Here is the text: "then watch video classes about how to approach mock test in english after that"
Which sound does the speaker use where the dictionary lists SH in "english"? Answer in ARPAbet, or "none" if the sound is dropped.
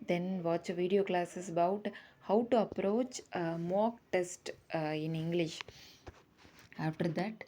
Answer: SH